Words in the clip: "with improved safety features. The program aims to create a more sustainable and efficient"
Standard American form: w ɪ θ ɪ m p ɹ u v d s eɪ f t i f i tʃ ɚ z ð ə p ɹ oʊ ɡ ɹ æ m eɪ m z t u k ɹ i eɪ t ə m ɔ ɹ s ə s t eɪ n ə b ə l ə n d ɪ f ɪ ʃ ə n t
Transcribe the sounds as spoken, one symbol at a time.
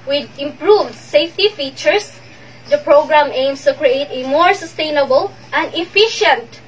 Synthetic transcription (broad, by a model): w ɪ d ɪ m p ɹ u v d s eɪ f t i f i tʃ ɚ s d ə p ɹ oʊ ɡ ɹ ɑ m eɪ m s t u k ɹ i eɪ t ə m ɔ ɹ s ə s t eɪ n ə b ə l ə n d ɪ f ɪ ʃ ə n t